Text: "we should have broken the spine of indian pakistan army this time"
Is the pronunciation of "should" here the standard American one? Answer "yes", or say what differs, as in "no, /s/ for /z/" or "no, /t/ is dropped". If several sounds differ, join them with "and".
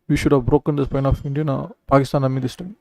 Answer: yes